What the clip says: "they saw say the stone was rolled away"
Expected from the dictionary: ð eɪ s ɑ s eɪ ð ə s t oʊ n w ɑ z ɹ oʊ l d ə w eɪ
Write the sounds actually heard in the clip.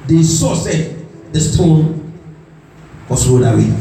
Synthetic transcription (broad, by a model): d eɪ s ɑ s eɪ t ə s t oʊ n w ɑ s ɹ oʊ d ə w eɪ